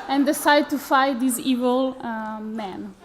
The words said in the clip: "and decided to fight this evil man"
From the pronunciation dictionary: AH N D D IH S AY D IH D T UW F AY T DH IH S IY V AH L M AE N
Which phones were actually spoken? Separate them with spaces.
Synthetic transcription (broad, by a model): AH N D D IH S AY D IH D T UW F AY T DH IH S IY V AH L M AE N